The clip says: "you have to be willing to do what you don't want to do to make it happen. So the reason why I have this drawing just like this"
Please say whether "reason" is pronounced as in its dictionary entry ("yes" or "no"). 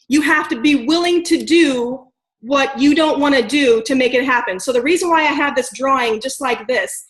yes